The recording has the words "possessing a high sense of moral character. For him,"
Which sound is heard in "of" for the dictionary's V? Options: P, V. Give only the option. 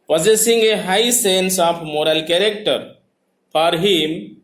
P